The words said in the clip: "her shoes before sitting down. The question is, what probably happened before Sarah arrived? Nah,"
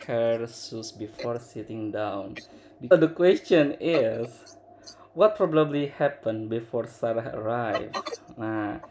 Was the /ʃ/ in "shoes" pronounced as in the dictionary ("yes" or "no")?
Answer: no